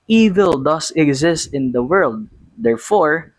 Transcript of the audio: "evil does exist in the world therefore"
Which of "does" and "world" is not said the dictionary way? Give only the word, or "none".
does